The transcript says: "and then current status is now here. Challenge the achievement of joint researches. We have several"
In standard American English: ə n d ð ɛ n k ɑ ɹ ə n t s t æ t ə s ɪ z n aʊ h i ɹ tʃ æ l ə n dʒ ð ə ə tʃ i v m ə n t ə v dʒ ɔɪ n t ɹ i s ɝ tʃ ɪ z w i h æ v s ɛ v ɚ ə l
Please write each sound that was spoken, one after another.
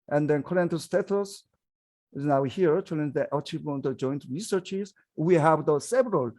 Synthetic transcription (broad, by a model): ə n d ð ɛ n k ɑ ɹ ə n t s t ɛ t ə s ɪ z n aʊ h i ɹ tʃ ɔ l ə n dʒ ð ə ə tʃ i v ə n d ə dʒ ɔɪ n t ɹ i s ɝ tʃ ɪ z w i h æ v s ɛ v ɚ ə l